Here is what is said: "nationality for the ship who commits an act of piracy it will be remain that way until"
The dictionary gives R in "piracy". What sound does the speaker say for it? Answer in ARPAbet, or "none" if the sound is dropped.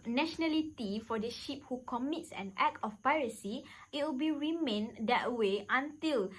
R